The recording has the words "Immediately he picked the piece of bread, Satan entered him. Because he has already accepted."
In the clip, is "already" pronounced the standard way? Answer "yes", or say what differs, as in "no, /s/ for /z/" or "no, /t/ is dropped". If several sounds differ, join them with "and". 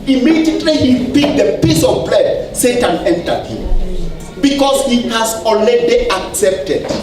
no, /n/ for /l/